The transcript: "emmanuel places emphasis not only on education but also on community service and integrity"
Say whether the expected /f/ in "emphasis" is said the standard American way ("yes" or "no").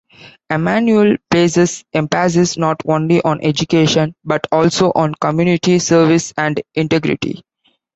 no